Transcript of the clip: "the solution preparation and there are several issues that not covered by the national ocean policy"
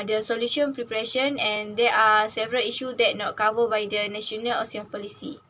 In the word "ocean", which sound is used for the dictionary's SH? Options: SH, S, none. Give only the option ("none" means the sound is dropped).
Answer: S